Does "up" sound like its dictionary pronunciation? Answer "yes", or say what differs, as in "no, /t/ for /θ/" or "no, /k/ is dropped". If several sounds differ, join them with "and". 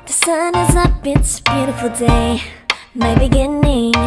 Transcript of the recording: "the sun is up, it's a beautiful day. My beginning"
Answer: no, /b/ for /p/